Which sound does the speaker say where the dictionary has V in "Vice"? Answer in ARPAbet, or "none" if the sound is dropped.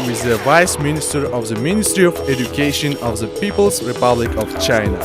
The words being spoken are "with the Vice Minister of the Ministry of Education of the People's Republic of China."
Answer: V